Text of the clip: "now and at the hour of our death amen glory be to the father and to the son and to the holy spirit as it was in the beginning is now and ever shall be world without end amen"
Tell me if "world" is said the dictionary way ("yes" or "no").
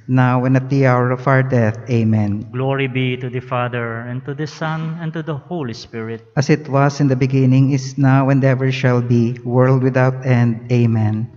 yes